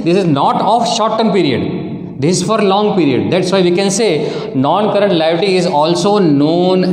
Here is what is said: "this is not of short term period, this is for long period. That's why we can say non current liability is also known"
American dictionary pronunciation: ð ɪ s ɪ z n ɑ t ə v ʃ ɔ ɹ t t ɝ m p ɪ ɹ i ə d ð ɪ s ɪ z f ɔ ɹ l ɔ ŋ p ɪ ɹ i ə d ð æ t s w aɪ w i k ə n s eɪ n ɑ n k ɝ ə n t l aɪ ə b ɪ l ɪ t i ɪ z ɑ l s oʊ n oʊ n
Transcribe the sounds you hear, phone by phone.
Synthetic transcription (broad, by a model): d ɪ s ɪ z n ɑ t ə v ʃ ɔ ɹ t t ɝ m p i ɹ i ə d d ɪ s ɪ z f ɔ ɹ l ɔ ŋ p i ɹ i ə d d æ t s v aɪ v i k ə n s eɪ n ɑ n k ɝ ə n t l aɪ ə ɪ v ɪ t i ɪ z ɑ l s oʊ n oʊ n